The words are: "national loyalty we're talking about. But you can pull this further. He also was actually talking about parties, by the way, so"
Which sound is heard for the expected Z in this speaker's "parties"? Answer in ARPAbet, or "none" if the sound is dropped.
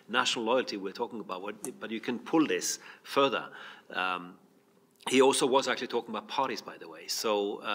Z